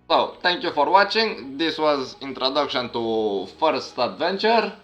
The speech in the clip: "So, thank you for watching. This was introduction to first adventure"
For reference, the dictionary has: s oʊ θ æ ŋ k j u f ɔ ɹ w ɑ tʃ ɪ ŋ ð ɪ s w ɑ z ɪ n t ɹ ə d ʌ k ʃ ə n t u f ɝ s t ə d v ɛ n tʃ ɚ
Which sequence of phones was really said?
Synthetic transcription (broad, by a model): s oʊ t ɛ ŋ k j u f ɔ ɹ w ɑ tʃ ɪ ŋ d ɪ s w ɑ z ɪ n t ɹ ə d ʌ k ʃ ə n t u f ɝ s t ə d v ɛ n tʃ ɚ